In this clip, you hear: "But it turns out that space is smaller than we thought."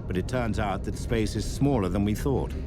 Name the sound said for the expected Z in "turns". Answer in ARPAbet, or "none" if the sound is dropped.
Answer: Z